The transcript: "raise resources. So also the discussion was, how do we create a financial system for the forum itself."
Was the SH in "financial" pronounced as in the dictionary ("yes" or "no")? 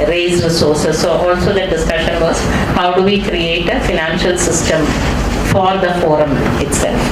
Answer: yes